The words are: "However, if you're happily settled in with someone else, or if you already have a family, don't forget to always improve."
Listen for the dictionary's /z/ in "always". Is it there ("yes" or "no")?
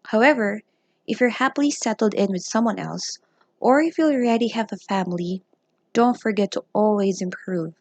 yes